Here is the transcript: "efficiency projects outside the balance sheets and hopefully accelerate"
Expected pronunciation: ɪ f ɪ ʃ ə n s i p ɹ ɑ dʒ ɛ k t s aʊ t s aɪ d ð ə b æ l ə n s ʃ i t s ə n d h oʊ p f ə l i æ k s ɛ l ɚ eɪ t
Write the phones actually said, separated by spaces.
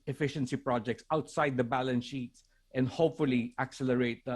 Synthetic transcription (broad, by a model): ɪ f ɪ ʃ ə n s i p ɹ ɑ dʒ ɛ k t s aʊ t s aɪ d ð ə b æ l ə n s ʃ i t s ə n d h oʊ p f ə l i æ k s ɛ l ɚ eɪ t